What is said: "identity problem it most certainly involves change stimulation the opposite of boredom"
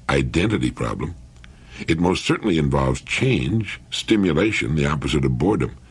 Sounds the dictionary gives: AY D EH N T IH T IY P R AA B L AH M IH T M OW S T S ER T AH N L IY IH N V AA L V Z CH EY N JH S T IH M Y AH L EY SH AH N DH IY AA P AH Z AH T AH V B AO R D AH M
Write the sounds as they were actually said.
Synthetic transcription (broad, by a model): AY D EH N T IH T IY P R AA B L AH M IH T M OW S T S ER T N L IY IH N V AA L V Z CH EY N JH S T IH M Y AH L EY SH AH N DH IY AA P AH Z AH T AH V B AO R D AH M